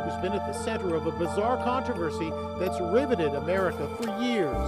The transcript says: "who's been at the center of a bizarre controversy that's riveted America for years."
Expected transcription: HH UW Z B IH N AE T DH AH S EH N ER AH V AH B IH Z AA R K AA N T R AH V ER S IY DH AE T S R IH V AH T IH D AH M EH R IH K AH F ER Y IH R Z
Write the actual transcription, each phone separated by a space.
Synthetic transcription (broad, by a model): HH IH Z B IH N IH T DH AH S EH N ER AH V AH B IH Z AA R K AA N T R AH V ER S IY DH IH T S R IH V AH T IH D AH M EH R IH K AH F ER Y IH R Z